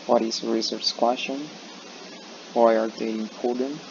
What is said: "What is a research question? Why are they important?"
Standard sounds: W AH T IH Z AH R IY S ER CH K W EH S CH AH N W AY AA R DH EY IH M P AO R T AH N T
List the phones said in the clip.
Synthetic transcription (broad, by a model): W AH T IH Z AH R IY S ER S K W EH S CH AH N W AY AA R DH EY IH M P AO R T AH N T